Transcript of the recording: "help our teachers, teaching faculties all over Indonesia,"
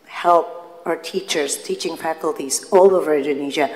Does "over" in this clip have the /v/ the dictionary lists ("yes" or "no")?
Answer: yes